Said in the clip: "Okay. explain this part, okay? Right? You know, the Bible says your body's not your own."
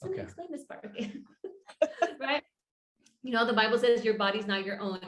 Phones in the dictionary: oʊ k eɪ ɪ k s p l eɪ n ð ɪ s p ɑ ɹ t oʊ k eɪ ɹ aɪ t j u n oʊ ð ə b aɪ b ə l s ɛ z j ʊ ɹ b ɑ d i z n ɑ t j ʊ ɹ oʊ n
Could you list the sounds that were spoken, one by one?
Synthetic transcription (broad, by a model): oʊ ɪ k s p l eɪ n ð ɪ s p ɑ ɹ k ɹ aɪ t j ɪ n oʊ ð ə b aɪ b l s ɛ z j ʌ ɹ b ɑ d i z n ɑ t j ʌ ɹ oʊ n